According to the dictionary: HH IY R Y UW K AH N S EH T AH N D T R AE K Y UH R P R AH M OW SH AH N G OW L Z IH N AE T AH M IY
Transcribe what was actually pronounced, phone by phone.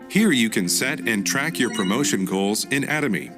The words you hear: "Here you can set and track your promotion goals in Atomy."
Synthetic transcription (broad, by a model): HH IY R Y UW K AH N S EH T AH N T R AE K Y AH R P R AH M OW SH AH N G OW L Z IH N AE T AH M IY